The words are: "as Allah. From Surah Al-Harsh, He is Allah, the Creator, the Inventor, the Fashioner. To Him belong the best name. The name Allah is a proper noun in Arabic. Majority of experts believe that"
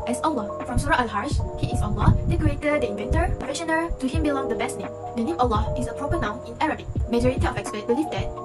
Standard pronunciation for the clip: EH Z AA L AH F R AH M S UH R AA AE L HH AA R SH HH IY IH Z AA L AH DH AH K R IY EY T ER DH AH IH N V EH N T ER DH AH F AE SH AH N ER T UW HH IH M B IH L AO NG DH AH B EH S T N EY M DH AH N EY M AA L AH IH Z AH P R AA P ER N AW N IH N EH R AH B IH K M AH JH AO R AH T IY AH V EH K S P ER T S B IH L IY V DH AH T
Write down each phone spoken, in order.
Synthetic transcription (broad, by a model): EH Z AA L AH F R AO M S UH R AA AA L HH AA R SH HH IY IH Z AA L AH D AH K R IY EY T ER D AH IH N V EH N T ER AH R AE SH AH N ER T UW HH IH M B IH L AO NG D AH B EH S T N EY M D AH N EY M AA L AH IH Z AH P R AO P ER N AW N IH N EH R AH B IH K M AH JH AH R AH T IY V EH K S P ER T B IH L IY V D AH T